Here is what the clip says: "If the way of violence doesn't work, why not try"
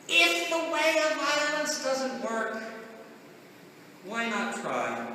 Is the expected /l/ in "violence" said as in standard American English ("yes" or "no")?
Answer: no